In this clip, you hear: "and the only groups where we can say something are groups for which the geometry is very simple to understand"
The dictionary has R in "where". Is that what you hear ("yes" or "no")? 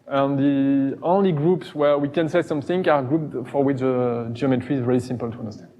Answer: yes